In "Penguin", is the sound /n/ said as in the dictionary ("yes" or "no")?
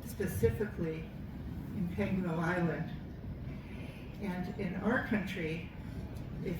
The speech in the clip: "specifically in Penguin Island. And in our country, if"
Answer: no